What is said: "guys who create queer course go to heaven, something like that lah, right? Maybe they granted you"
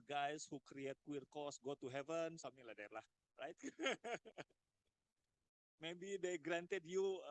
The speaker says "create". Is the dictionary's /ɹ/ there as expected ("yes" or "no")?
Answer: yes